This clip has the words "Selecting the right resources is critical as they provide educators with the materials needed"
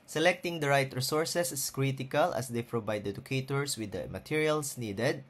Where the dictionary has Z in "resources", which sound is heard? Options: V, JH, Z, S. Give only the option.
S